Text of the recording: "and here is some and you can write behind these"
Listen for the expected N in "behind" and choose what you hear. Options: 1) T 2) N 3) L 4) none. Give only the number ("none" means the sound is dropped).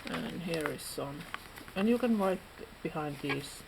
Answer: 2